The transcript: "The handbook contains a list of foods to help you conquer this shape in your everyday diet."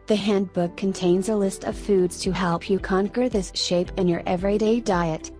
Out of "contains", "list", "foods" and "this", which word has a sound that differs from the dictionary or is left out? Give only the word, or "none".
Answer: none